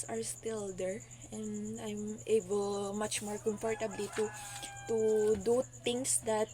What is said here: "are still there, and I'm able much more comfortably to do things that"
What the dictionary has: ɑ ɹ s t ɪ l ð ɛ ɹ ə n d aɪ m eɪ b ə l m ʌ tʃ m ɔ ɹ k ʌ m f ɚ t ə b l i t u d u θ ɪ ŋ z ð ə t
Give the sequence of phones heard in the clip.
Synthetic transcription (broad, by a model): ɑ ɹ s t ɪ l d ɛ ɹ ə n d aɪ m eɪ b ə l m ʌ tʃ m ɔ ɹ k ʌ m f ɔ t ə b l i t u d u t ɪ ŋ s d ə t